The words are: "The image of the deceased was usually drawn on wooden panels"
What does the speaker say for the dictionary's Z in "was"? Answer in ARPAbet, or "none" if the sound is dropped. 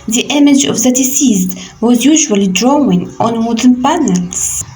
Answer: Z